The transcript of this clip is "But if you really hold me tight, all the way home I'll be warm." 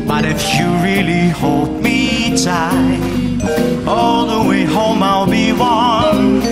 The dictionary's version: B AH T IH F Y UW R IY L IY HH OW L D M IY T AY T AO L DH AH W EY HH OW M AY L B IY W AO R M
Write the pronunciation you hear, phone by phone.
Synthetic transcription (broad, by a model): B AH T IH F Y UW R IY L IY HH OW L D M IY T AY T AO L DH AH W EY HH OW M AY L B IY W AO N